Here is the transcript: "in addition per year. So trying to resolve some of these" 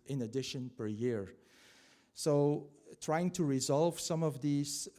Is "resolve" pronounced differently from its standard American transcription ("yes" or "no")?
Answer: no